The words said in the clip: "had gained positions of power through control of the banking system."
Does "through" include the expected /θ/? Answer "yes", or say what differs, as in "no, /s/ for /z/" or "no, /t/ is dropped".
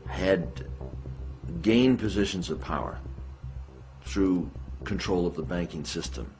yes